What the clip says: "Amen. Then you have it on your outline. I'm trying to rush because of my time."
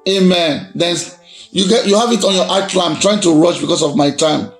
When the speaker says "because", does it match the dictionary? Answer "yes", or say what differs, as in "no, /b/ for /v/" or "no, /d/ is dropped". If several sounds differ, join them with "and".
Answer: no, /s/ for /z/